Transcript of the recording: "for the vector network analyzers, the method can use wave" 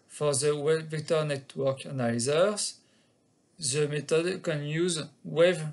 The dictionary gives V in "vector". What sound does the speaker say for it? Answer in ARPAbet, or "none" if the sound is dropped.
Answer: W